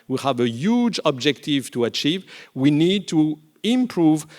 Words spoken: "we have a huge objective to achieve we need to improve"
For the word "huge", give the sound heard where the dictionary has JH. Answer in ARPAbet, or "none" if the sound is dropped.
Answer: JH